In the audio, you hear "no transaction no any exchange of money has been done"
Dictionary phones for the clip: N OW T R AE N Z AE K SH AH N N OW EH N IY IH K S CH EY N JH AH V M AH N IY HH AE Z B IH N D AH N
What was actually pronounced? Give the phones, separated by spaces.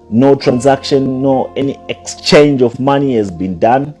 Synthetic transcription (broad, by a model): N OW T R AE N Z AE K SH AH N N OW EH N IY IH K S CH EY N JH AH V M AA N IY HH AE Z B IH N D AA N